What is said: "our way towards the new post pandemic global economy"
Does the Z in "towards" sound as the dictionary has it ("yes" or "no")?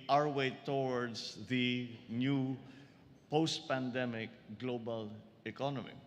no